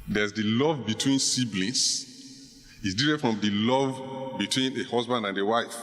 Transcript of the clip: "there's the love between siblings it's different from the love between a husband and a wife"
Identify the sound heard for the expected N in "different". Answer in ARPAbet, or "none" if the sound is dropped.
none